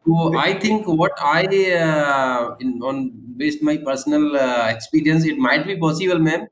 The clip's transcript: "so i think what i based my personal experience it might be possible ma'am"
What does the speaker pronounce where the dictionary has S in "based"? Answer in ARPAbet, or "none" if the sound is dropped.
S